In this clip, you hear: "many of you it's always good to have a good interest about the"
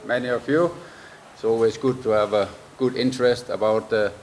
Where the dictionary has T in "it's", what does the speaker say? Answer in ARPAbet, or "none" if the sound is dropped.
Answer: T